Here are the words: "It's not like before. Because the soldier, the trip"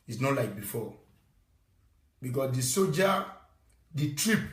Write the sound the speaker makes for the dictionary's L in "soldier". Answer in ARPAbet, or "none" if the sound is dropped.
none